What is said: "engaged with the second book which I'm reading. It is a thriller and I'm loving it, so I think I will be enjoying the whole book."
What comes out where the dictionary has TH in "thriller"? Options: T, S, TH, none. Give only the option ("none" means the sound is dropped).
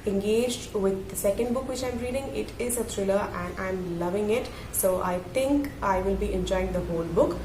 T